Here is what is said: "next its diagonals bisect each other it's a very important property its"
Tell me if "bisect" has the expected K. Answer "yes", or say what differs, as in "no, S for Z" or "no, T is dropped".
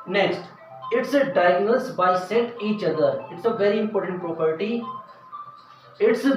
no, K is dropped